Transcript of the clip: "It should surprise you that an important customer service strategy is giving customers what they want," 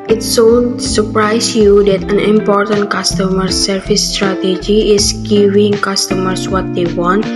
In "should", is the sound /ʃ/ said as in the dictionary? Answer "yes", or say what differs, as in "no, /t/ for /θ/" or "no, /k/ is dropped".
no, /s/ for /ʃ/